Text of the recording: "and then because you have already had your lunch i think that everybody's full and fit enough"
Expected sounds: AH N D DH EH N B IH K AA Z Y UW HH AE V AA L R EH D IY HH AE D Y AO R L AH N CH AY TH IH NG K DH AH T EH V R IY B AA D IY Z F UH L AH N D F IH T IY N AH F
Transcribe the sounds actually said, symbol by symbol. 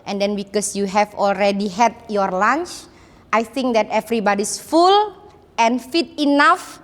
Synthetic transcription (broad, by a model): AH N D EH N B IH K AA S Y UW HH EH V AA L R EH D IY HH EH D Y AO R L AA N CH AY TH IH NG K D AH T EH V R IY B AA D IY S F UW L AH N F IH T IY N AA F